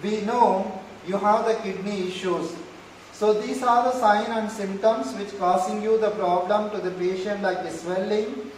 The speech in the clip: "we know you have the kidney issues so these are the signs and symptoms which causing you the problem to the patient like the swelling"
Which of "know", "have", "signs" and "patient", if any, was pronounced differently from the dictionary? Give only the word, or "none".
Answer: signs